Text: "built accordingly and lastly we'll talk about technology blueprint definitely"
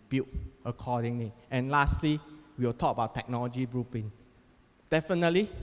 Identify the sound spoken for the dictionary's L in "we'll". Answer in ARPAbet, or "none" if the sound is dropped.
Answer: W